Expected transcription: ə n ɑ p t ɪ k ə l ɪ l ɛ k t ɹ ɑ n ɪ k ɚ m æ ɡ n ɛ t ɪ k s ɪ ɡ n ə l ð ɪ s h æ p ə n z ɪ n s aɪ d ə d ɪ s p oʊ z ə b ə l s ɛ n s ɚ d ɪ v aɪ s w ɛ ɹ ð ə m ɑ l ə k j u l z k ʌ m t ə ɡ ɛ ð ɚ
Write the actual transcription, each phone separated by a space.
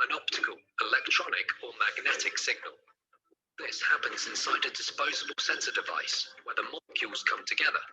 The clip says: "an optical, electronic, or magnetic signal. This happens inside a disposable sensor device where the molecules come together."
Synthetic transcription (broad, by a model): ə n ɑ p t ɪ k ə l ɪ l ɛ k t ɹ ɑ n ɪ k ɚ m æ ɡ n ɛ t ɪ k s ɪ ɡ n ə l ð ɪ s h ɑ p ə n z ɪ n s aɪ d ə d ɪ s p oʊ z ə b ə l s ɛ n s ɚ d ɪ v aɪ s w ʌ ð ə m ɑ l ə k j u l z k ʌ m t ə ɡ ɛ ð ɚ